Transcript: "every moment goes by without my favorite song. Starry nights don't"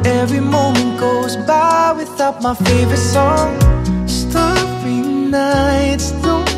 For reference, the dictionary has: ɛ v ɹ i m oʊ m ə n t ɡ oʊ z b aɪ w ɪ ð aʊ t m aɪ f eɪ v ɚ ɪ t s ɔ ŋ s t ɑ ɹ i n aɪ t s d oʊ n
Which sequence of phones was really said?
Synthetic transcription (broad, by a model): ɛ v ɹ i m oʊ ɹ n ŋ ɡ oʊ z b aɪ w ɪ ð aʊ t m aɪ f eɪ v ɚ ɪ t s ɔ ŋ s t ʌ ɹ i n aɪ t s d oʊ